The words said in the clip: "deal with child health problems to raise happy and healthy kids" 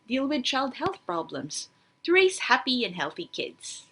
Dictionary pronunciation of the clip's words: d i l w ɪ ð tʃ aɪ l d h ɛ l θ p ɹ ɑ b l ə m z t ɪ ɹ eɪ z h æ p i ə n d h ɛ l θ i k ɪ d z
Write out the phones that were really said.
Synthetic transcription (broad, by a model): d i l w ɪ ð tʃ aɪ l d h ɛ l θ p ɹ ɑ b l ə m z t ɪ ɹ eɪ s h æ p i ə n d h ɛ l θ i k ɪ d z